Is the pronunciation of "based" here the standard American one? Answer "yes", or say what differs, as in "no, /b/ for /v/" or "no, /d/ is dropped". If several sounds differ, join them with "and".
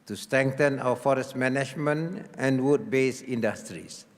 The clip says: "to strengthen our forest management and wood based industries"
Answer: no, /t/ is dropped